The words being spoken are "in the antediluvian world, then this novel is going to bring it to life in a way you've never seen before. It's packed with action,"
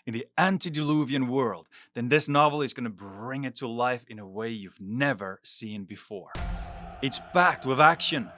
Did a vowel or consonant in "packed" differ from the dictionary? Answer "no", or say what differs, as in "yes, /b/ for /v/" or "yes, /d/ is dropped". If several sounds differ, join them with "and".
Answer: yes, /b/ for /p/